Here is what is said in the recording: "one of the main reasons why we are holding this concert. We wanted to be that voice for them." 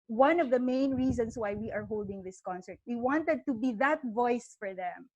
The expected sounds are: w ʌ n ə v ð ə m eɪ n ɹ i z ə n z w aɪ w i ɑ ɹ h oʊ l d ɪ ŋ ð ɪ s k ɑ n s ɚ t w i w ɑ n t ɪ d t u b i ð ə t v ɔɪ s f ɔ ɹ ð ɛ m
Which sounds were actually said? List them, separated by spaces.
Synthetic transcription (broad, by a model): w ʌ n ə v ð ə m eɪ n ɹ i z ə n s w aɪ w i ɑ ɹ h oʊ l d ɪ ŋ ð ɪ s k ɑ n s ɚ t w i w ɑ n t ɪ d t u b i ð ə t v ɔɪ s f ɔ ɹ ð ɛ m